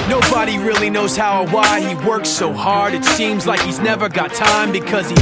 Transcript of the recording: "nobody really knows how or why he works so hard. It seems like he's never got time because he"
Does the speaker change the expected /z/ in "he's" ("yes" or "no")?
no